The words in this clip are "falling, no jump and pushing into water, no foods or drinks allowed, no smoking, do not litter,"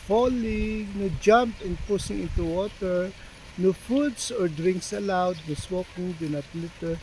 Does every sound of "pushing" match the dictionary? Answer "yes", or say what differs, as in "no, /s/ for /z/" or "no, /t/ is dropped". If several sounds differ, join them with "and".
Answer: no, /s/ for /ʃ/